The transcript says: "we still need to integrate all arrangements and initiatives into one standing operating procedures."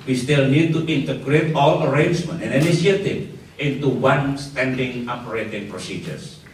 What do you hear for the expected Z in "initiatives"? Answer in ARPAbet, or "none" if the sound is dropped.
none